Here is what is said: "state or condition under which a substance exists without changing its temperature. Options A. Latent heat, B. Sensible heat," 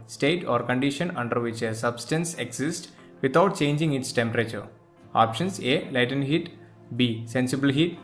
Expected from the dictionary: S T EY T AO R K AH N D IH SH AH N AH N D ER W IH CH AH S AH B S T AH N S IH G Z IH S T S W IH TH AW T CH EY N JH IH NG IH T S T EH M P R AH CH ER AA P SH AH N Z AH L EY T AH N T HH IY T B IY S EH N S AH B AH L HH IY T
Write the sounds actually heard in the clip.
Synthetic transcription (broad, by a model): S T EY T AO R K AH N D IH SH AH N AH N D ER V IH CH AH S AH B S T AH N S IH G S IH S T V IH T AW T CH EY N JH IH NG IH T S T EH M P R AH CH ER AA P SH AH N S AH L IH T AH N HH IY T B IY S EH N S AH B AH L HH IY T